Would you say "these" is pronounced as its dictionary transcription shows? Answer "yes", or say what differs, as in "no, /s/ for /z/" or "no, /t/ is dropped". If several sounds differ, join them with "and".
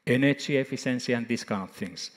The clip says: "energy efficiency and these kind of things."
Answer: no, /s/ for /z/